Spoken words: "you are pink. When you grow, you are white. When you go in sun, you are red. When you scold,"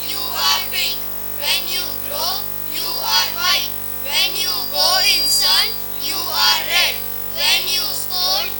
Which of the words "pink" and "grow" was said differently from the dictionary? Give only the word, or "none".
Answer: pink